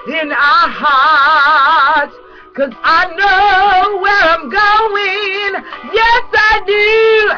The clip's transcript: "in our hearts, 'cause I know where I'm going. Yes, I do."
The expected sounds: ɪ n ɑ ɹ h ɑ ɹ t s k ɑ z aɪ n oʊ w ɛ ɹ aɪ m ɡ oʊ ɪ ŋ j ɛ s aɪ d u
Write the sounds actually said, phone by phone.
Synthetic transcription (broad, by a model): ɪ n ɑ h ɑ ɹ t k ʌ z aɪ n oʊ w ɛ ɹ aɪ m ɡ oʊ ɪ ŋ j ɛ s aɪ d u